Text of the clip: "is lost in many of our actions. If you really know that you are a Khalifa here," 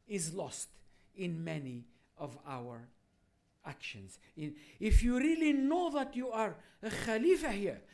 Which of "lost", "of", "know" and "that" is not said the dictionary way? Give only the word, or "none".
none